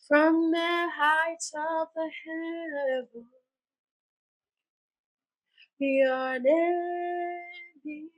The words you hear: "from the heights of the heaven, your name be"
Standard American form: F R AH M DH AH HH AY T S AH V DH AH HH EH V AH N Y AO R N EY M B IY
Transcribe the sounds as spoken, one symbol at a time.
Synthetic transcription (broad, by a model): F R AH M DH AH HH AY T AH V DH AH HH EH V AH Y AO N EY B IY